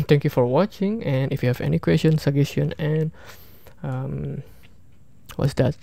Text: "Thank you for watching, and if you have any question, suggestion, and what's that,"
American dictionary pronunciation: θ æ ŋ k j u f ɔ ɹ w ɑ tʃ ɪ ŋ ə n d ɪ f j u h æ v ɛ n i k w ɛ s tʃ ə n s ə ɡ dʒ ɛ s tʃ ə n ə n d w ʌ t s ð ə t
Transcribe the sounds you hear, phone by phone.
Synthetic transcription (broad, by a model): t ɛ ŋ k j u f ɔ ɹ w ɑ tʃ ɪ ŋ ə n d ɪ f j u h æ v ɛ n i k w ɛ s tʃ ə n s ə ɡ ɛ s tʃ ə n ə n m w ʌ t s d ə t